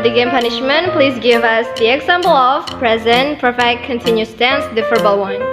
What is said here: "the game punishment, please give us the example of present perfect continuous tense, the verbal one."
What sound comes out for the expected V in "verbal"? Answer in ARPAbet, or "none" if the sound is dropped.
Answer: F